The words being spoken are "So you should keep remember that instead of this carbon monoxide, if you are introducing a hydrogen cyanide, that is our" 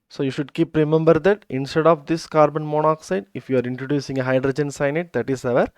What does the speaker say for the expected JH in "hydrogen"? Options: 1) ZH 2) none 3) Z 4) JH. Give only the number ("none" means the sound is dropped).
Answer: 4